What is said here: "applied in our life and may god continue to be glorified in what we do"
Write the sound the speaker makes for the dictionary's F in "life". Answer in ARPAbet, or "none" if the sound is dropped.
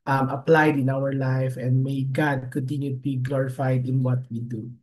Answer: F